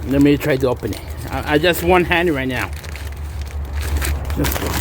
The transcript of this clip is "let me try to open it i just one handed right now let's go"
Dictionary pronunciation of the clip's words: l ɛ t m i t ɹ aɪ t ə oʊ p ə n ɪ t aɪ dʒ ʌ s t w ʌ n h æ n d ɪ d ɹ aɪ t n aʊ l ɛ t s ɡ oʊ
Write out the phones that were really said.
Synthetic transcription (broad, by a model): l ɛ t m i t ɹ aɪ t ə oʊ p ə n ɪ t aɪ dʒ ʌ s t w ʌ n h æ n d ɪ ɹ aɪ t n aʊ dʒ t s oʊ